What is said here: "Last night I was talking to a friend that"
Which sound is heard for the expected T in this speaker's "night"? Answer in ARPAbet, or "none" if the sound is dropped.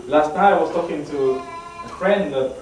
none